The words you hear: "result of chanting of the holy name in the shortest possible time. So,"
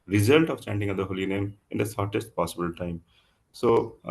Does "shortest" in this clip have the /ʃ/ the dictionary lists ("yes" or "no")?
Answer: no